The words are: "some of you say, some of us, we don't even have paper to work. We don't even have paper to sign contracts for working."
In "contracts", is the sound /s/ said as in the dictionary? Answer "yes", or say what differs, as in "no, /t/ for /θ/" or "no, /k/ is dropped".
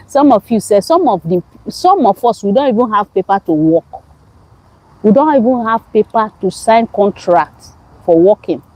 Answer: no, /s/ is dropped